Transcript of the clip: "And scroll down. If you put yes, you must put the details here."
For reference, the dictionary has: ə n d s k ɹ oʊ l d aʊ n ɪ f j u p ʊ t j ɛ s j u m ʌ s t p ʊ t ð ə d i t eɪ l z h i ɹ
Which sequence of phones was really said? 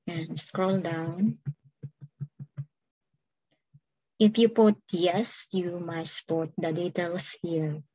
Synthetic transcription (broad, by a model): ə n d s k ɹ oʊ l d aʊ n ɪ f j u p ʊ t j ɛ s j u m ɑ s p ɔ t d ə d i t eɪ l s h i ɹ